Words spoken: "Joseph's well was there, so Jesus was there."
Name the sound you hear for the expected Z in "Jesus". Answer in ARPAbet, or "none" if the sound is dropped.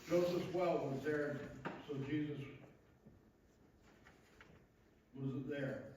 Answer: Z